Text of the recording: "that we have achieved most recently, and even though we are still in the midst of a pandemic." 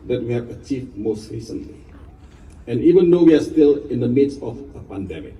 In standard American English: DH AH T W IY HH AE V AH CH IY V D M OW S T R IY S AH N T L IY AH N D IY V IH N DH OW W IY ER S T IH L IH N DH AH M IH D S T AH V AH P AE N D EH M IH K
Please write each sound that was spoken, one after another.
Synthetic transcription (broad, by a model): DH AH T W IY HH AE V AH CH IY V M OW S T R IY S AH N T L IY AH N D IY V IH N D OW W IY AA S T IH L IH N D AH M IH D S AH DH AH P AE N D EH M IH K